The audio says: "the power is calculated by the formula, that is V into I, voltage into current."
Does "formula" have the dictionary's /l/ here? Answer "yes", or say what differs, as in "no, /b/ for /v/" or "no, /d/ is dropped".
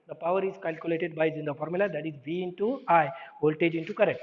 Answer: yes